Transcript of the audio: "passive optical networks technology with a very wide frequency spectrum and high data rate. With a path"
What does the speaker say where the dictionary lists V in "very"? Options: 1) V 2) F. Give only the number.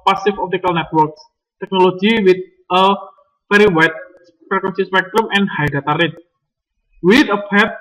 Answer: 2